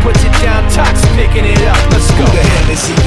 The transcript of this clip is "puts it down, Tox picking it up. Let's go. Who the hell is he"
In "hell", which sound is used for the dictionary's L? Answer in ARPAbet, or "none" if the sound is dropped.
N